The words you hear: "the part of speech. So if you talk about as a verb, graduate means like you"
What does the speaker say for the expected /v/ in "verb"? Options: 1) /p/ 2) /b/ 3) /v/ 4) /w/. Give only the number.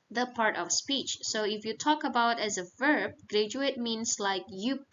3